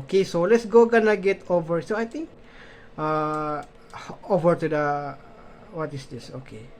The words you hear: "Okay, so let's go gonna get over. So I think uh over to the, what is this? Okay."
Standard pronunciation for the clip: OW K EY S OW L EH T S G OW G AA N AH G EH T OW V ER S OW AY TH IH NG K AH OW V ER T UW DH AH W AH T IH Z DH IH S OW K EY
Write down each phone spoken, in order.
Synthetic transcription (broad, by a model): K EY S OW L EH T S G OW G AA N AH G EH T OW V ER S OW AY T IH NG K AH OW V ER T UW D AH W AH T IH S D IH S OW K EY